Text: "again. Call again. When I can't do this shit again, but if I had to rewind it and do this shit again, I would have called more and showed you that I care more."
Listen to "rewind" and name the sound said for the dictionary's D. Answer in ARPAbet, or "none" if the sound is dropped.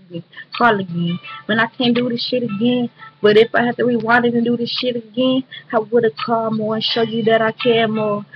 none